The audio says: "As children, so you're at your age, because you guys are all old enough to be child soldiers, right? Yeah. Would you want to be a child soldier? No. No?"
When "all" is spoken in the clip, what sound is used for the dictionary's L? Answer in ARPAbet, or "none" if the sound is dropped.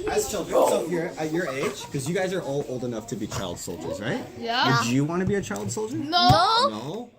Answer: L